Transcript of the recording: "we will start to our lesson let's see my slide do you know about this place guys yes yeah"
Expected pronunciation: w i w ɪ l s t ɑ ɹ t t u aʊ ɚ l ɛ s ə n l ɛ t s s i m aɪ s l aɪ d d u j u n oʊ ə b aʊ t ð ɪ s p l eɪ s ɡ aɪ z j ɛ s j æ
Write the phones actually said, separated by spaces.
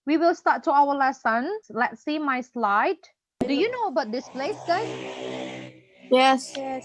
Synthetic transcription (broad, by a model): w i w ɪ l s t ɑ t t u aʊ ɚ l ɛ s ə n l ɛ t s s i m aɪ s l aɪ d d u j u n oʊ ə b aʊ t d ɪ s p l eɪ s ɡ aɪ j ɛ s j